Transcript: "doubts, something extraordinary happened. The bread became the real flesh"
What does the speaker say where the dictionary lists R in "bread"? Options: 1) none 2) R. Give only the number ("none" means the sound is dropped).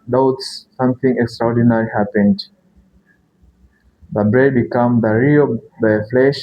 2